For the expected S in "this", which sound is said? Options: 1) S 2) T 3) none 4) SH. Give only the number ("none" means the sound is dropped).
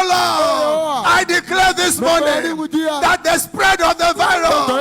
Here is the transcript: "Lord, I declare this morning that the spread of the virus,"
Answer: 1